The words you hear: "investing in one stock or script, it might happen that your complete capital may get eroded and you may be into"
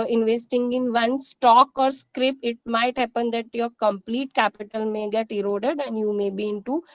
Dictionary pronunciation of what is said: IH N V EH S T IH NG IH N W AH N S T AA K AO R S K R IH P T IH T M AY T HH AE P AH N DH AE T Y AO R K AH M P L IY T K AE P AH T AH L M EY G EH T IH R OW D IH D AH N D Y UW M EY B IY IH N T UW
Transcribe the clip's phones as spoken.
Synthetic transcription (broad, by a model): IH N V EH S T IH NG IH N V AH N S T AA K AO R S K R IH P IH T M AY T HH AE P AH N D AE T Y AO R K AH M P L IY T K AE P AH T AH L M EY G EH T IH R OW D IH D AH N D Y UW M EY B IY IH N T UW